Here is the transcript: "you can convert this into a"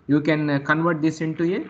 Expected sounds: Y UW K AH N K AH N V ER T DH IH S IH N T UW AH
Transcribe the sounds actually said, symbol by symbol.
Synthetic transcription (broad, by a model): Y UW K AH N K AH N V ER T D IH S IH N T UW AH